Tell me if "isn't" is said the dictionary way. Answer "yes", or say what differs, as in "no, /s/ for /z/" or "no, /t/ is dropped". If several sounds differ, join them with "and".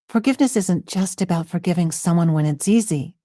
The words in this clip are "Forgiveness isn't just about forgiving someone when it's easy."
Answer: yes